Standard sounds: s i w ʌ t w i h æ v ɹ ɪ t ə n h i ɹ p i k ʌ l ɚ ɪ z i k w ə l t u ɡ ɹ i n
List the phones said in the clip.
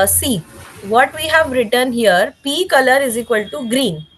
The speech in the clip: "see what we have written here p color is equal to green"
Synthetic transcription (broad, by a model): s i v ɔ t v i h æ v ɹ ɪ t ə n h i ɹ p i k ʌ l ɚ ɪ z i k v ə l t u ɡ ɹ i n